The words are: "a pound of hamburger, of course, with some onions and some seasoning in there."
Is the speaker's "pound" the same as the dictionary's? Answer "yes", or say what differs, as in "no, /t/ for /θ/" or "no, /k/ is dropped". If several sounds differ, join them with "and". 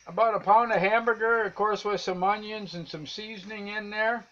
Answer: yes